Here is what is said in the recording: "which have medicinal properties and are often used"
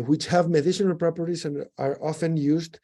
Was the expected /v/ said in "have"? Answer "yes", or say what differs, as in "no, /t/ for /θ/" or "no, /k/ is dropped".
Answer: yes